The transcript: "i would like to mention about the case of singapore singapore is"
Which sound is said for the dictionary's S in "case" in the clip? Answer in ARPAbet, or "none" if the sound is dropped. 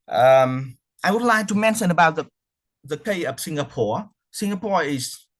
none